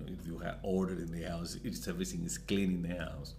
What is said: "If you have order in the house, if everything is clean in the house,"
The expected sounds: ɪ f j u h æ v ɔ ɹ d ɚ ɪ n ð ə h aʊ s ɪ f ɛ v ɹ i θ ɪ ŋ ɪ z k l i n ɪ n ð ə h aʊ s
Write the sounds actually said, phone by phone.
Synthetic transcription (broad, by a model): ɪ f j u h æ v ɔ ɹ d ɚ ɪ n ð ə h aʊ s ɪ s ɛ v i s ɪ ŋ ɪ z k l i n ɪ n ð ə h aʊ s